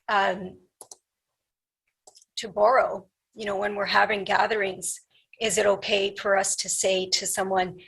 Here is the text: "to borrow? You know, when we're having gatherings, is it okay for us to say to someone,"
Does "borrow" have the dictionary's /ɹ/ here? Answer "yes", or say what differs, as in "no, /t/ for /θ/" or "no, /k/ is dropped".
yes